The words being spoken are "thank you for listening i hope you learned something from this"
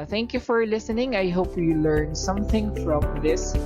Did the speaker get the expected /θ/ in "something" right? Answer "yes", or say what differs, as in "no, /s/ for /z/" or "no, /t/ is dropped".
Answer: yes